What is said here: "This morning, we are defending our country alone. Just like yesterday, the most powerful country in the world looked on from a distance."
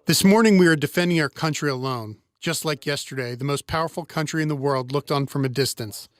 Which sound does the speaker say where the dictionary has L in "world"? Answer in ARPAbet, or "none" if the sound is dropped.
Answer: L